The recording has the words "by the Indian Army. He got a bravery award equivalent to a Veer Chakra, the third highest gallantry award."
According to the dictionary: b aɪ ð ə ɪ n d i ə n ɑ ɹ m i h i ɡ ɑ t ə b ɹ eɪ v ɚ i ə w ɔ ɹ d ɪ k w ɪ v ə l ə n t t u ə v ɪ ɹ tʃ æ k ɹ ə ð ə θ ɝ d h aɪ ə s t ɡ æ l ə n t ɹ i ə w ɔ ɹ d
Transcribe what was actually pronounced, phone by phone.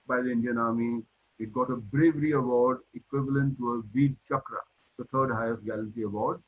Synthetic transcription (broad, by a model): b aɪ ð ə ɪ n d i ə n ɑ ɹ m i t ɡ ɑ t ə b ɹ eɪ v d i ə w ɔ ɹ d ɪ k w ɪ v ə l ə n t t u ə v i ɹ tʃ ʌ k ɹ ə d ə t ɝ d h aɪ ə s t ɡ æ l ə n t i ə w ɔ ɹ d